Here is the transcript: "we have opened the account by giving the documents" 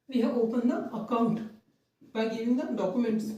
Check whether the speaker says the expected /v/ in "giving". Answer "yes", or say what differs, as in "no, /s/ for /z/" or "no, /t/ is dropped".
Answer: no, /v/ is dropped